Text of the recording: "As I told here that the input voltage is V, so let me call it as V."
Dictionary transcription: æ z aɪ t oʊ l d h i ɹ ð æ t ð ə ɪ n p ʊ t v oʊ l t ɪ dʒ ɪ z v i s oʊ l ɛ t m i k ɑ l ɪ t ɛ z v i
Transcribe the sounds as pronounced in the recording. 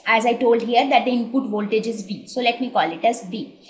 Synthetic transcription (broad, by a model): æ z aɪ t oʊ l d h i ɹ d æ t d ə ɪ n p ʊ t v oʊ l t ɪ dʒ ɪ z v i s oʊ l ɛ t m i k ɑ l ɪ t ɛ z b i